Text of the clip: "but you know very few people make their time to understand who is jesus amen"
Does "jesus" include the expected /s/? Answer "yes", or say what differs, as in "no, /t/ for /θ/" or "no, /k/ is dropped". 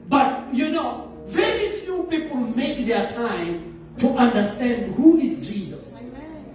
yes